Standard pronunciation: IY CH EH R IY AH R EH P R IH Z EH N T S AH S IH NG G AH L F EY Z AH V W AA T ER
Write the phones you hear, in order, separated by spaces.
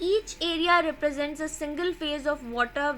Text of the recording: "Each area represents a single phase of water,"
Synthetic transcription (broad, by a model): IY CH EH R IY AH R EH P R IH Z EH N T S AH S IH NG G AH L F EY Z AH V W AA T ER